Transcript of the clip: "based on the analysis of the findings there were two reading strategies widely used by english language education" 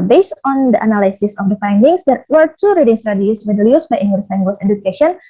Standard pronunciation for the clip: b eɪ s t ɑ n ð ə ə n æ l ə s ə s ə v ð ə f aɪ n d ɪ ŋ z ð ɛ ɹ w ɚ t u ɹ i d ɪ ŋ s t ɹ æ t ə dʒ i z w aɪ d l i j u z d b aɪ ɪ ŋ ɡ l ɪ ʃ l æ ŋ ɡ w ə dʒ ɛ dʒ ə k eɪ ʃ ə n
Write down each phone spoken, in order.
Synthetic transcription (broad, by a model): b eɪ s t ɑ n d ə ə n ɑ l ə s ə s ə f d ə f aɪ n d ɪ ŋ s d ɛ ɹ w ɚ t u ɹ i d ɪ ŋ s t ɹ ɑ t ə i s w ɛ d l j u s b aɪ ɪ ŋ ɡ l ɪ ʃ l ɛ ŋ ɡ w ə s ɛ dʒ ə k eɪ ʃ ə n